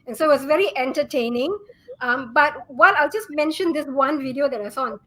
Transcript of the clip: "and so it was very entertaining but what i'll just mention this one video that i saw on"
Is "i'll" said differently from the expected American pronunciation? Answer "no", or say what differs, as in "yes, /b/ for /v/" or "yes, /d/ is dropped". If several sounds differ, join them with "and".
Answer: no